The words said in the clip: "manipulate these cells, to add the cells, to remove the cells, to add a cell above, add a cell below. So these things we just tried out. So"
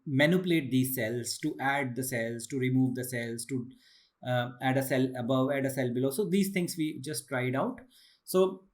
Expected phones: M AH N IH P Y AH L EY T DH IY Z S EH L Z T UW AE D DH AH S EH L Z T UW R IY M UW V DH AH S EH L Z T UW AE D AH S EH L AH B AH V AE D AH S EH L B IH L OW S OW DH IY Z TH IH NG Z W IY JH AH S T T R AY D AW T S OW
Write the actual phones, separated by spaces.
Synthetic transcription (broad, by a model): M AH N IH P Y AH L EY T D IY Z S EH L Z T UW AE D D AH S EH L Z T UW R IY M UW V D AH S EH L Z T UW AE D AH S EH L AH B AH V AE D AH S EH L B IH L OW S OW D IY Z T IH NG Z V IY JH AH S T T R AY D AW T S OW